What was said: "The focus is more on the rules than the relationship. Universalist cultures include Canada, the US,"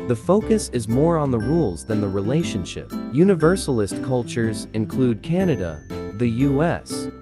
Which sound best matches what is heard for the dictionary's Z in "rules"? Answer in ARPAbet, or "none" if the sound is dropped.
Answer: Z